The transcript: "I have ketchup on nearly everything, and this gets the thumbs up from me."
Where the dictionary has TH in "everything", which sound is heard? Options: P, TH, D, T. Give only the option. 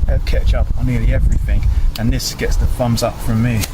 TH